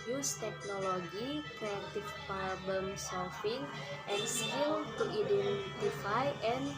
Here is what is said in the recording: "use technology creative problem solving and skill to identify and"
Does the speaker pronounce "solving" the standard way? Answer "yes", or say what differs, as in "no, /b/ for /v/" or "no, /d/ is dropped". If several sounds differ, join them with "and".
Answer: no, /f/ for /v/